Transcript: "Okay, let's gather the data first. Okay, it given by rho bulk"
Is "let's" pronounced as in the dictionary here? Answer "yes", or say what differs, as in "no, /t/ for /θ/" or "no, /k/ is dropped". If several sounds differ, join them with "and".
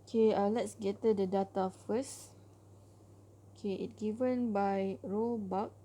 yes